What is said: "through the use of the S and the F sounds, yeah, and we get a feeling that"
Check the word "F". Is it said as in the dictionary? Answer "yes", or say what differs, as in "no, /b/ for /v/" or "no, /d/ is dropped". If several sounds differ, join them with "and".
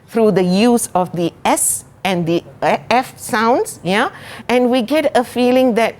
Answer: yes